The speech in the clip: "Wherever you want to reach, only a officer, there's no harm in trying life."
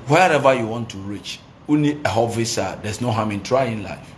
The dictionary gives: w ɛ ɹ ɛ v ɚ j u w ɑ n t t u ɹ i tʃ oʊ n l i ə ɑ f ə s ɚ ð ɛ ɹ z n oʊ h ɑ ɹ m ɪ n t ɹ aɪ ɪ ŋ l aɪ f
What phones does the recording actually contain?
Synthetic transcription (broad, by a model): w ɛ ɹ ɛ v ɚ j u w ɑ n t t u ɹ i tʃ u n i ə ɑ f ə s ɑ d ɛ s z n oʊ h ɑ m ɪ n t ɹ aɪ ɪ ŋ l aɪ f